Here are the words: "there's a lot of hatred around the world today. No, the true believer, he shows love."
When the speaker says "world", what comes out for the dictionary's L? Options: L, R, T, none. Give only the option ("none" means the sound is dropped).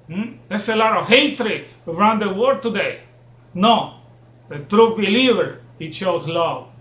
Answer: none